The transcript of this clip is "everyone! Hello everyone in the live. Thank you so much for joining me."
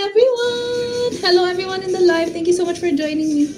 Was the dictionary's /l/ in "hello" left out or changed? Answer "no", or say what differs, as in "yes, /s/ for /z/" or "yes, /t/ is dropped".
no